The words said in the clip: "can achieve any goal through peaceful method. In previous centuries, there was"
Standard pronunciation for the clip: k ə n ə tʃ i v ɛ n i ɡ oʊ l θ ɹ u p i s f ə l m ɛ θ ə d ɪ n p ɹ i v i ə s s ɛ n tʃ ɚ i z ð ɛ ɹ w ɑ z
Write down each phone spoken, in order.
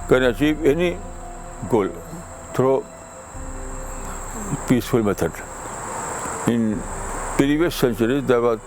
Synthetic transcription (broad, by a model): k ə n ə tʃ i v ɛ n i ɡ oʊ l t ɹ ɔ p i s f ə l m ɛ t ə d ɪ n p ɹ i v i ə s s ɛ n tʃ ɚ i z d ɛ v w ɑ